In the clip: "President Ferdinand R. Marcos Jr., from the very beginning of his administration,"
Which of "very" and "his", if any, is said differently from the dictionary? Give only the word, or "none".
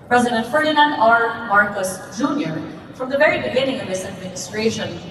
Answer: his